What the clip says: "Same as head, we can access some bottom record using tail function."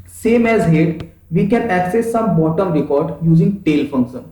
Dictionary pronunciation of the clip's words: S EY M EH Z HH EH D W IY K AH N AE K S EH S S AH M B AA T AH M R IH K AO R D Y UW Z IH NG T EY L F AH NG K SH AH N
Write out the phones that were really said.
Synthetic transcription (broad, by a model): S EY M EH Z HH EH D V IY K AH N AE K S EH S S AH M B AA T AH M R IH K AO R D Y UW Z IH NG T EY L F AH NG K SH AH N